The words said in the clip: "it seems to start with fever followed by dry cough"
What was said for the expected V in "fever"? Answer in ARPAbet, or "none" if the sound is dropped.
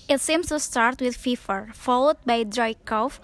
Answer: F